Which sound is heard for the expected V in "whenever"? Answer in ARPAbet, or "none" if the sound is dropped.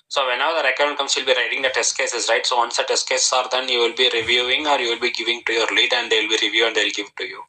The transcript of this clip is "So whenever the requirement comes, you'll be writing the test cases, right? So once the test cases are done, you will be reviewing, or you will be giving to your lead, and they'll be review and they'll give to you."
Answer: none